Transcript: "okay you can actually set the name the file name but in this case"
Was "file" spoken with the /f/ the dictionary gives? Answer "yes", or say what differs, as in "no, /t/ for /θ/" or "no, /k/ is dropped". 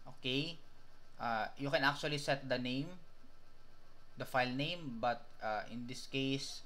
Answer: yes